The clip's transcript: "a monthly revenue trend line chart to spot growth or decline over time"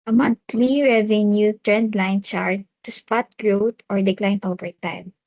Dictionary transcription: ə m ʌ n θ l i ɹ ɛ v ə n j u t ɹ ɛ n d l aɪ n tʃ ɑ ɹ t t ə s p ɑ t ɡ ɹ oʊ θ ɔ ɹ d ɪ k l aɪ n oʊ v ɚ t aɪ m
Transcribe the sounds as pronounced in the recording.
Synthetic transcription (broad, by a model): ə m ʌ n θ l i ɹ ɛ v ə n j u t ɹ ɛ n d l aɪ n tʃ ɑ ɹ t t ə s p ɑ t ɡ ɹ oʊ t ɔ ɹ d ɪ k l aɪ n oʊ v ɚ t aɪ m